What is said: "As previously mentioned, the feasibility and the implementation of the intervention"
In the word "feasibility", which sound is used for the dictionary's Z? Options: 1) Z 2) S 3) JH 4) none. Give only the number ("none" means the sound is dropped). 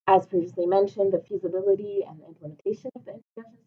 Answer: 1